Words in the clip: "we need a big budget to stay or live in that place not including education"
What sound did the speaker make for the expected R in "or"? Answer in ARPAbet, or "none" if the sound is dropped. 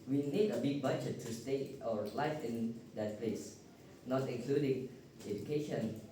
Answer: W